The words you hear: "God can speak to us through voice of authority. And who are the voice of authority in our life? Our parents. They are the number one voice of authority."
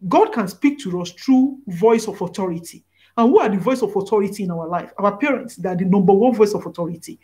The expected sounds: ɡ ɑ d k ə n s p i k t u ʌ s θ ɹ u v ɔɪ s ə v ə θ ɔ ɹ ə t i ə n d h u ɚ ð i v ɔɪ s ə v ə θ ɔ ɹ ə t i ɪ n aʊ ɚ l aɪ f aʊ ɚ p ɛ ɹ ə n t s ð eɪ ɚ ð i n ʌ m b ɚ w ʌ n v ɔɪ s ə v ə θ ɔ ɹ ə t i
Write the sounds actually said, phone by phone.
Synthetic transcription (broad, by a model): ɡ ɑ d k ə n s p i k t u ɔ s t ɹ u v ɔɪ s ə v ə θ ɔ ɹ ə t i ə n h u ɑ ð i v ɔɪ s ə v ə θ ɔ ɹ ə t i ɪ n aʊ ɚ l aɪ f aʊ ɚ p ɛ ɹ ə n t s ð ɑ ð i n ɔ m b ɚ w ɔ n v ɔɪ s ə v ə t ɔ ɹ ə t i